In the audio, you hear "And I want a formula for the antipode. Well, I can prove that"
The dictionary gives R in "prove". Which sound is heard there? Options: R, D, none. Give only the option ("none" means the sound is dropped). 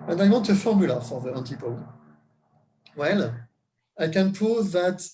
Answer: none